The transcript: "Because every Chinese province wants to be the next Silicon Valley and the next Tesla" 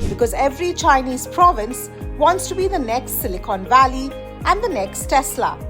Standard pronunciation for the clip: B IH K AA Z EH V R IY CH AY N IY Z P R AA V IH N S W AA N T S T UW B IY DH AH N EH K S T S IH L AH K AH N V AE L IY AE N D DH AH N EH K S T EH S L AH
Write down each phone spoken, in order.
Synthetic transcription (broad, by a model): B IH K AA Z EH V R IY CH AY N IY Z P R AA V IH N S W AA N T S T UW B IY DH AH N EH K S T S IH L AH K AH N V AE L IY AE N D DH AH N EH K S T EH S L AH